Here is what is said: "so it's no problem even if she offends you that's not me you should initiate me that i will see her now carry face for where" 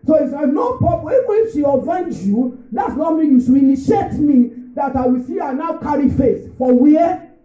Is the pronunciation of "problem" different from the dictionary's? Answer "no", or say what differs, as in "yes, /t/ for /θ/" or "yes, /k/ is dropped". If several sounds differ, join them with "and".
yes, /m/ is dropped